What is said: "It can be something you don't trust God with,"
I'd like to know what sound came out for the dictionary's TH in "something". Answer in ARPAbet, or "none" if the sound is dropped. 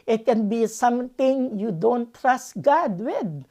T